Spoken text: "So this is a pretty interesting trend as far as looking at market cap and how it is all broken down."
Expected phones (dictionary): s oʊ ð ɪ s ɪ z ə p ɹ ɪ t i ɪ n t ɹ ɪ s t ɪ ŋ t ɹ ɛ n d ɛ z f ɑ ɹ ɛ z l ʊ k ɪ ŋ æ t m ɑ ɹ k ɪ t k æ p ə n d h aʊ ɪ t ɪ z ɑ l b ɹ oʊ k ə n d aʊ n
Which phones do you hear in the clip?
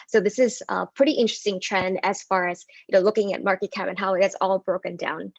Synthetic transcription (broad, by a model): s oʊ ð ɪ s ɪ z ə p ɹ ɪ t i ɪ n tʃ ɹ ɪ s t ɪ ŋ t ɹ ɛ n d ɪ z f ɑ ɹ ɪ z l ʊ k ɪ ŋ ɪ t m ɑ ɹ k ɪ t k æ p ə n h aʊ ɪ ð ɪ s ɑ l b ɹ oʊ k ə n d aʊ n